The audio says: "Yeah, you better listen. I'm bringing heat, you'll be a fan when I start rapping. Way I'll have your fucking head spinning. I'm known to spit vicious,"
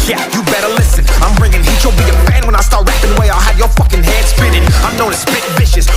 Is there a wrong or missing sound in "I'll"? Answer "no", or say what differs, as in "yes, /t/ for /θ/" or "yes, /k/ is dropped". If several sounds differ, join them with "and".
no